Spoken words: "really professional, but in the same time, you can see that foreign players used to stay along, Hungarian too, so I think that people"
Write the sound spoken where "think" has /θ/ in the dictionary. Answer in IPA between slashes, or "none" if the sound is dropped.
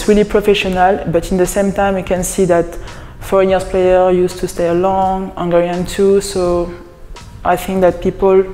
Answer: /θ/